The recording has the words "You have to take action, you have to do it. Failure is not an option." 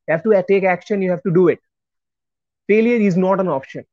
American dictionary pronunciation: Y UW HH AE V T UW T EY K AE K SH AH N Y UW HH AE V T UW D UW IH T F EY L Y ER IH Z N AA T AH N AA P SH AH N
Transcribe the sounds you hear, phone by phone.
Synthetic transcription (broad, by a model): Y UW HH AE V T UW T EY K AE K SH AH N Y UW HH AE V T UW D UW IH T F EY L Y ER IH Z N AA T AH N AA P SH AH N